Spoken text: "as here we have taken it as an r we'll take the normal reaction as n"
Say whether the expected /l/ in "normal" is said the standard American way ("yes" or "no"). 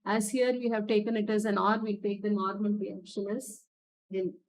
no